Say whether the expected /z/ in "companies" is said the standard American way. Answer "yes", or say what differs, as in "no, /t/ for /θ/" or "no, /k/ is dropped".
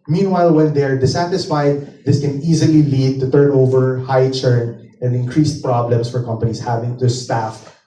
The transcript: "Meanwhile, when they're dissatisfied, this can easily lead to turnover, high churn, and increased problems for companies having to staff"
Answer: no, /s/ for /z/